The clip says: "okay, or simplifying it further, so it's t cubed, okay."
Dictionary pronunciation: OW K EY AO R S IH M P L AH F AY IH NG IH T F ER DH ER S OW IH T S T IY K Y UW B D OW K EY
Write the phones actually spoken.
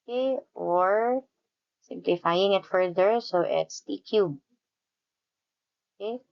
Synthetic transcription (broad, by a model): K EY AO R S IH M P L AH F AY IH NG IH T F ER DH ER S OW IH T S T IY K Y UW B OW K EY